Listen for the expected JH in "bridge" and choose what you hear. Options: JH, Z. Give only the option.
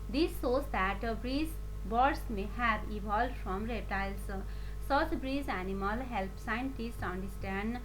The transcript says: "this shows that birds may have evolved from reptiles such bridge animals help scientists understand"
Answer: Z